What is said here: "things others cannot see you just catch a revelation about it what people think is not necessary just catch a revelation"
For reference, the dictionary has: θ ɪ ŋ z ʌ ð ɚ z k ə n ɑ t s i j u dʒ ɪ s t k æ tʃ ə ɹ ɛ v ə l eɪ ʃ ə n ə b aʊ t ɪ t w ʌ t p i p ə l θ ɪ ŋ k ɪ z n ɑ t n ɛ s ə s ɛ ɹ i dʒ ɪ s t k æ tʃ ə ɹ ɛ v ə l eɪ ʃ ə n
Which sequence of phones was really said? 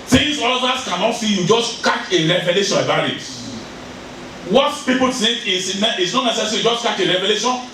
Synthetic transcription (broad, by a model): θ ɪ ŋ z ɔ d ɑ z k ə n ɑ t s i j u dʒ ɪ s t k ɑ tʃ ə ɹ ɛ v ə l eɪ ʃ ə n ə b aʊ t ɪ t w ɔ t p i p ə l t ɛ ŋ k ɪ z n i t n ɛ s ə s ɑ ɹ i dʒ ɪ s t k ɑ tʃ ə ɹ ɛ v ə l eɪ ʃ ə n